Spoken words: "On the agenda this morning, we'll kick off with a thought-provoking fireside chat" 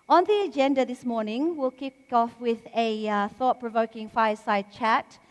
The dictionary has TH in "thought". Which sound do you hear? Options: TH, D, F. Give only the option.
TH